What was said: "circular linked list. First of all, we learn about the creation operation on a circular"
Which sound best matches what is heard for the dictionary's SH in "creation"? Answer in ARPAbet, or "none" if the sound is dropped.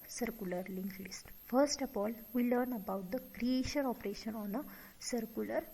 SH